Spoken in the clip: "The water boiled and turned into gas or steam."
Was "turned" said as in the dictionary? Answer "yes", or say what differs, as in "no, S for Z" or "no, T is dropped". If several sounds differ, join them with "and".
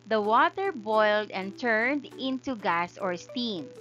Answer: yes